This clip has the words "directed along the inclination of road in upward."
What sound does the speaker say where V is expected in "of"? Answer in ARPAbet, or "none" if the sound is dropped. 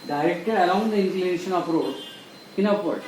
P